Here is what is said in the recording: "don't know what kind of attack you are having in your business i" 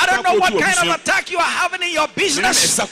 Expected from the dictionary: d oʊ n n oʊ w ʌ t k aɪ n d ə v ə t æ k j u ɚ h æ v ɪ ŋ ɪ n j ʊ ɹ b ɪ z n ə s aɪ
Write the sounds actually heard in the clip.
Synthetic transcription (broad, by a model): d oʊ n n oʊ w ʌ t k aɪ n d ə v ə t æ k j u ɚ h æ v ɪ ŋ ɪ n j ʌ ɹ b ɪ z n ə s